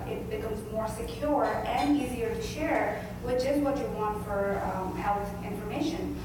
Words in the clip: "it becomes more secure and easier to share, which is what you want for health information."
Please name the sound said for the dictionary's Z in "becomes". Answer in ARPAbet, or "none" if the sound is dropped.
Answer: Z